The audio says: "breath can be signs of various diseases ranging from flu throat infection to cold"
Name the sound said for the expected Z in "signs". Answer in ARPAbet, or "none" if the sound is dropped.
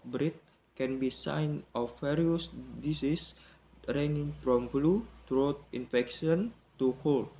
none